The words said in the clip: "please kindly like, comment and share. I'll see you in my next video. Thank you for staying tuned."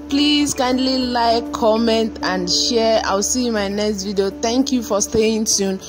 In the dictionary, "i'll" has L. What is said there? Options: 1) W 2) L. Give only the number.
1